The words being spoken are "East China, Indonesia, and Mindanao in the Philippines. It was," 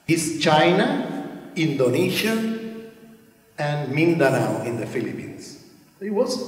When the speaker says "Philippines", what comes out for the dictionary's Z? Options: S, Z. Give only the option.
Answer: S